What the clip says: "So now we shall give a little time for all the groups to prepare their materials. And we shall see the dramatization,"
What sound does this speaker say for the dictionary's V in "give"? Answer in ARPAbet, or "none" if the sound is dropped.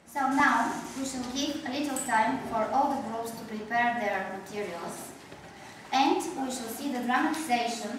P